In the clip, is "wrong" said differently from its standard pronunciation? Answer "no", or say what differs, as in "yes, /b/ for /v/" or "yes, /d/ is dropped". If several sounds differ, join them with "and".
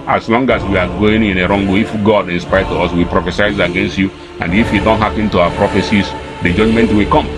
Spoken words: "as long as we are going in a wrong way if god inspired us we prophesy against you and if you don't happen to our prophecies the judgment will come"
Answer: no